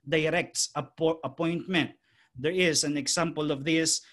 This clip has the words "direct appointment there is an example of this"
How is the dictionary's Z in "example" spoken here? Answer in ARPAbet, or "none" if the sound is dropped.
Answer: S